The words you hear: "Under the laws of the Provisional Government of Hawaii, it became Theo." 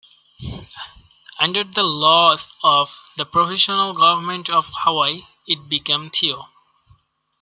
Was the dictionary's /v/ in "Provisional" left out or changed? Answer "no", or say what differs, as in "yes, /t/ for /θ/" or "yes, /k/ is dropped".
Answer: yes, /f/ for /v/